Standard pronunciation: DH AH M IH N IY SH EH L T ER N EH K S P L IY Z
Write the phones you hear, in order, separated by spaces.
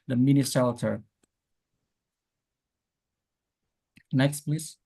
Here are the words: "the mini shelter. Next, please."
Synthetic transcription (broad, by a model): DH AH M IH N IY S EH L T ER N EH K S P L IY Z